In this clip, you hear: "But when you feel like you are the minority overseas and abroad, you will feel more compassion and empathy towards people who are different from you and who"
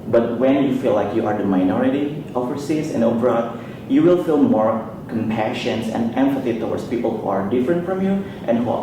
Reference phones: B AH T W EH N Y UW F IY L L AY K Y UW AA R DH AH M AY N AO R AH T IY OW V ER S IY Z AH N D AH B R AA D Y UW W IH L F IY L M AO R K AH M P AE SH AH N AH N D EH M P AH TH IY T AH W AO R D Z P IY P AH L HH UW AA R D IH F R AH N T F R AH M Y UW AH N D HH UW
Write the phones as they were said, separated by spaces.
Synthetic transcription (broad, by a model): B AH T W EH N Y UW F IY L L AY K Y UW AA R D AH M AY N AO R AH T IY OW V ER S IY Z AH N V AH R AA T Y UW W IH L F IY L M AO R K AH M P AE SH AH N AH N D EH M F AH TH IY T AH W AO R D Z P IY P AH L HH UW AA R D IH F R AH N T F R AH M Y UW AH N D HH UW